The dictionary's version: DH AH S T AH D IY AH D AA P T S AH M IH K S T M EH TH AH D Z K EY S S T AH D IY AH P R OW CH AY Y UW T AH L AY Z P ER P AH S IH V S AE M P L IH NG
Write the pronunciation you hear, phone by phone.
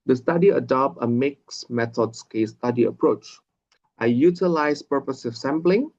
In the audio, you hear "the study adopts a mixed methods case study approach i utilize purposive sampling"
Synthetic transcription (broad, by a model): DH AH S T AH D IY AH D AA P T AH M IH K S M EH T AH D S K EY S S T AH D IY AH P R OW CH AY Y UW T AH L AY S P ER P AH S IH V S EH M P L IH NG